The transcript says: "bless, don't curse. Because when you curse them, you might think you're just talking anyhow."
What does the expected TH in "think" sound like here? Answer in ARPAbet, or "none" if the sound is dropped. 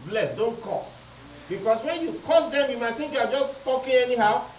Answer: T